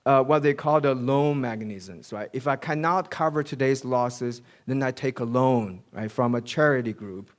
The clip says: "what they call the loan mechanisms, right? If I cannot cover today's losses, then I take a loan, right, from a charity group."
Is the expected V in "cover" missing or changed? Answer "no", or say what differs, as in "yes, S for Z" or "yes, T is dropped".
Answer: no